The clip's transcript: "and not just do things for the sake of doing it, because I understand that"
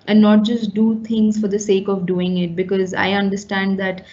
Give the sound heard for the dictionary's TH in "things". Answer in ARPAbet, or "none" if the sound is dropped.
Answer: T